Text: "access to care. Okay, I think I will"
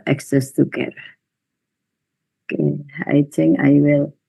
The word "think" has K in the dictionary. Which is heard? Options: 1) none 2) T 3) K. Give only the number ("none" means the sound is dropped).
1